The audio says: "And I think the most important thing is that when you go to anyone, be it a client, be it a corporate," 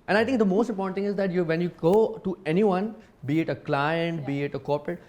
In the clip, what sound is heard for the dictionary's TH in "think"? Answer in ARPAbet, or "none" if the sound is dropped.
T